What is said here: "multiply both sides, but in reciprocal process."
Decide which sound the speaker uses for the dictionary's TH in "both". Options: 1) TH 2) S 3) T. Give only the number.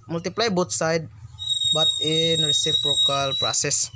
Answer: 3